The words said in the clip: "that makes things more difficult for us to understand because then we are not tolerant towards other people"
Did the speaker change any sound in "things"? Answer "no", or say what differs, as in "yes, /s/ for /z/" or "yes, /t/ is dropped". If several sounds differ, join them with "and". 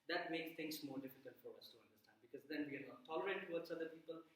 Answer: yes, /t/ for /θ/ and /s/ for /z/